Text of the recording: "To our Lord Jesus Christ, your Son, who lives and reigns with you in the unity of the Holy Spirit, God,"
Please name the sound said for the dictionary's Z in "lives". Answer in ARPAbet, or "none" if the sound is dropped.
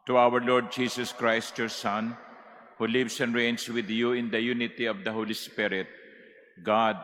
S